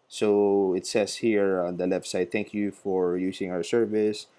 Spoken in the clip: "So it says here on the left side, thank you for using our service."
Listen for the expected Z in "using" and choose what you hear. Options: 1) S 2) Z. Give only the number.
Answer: 1